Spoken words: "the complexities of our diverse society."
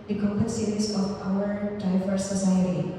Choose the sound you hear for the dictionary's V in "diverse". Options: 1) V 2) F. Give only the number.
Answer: 2